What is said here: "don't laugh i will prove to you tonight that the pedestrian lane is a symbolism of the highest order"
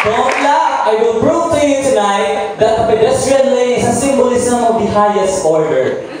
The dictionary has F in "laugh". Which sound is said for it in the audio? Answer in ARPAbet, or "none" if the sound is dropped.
none